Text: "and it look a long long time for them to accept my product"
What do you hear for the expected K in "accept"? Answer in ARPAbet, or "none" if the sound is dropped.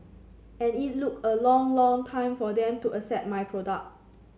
none